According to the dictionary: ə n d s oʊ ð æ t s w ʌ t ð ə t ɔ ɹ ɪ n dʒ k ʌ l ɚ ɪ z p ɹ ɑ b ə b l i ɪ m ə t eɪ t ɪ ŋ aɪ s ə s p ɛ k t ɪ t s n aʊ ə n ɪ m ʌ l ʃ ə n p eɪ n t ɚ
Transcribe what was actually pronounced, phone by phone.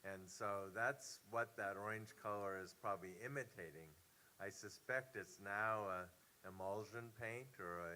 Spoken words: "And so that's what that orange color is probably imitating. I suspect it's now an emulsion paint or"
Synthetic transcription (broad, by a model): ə n s oʊ ð æ t s w ʌ t ð ə t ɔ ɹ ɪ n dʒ k ʌ l ɚ ɪ z p ɹ ɑ b ə b l i ɪ m ə t eɪ t ɪ ŋ aɪ s ə s p ɛ k t ɪ t s n aʊ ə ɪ m ʌ l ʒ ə n p eɪ n t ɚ